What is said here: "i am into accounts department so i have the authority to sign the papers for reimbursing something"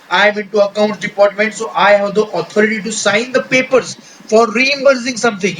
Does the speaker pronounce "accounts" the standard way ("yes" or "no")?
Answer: no